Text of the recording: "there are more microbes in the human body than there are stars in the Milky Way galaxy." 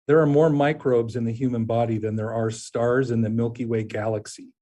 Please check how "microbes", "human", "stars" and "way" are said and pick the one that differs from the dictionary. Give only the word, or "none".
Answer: none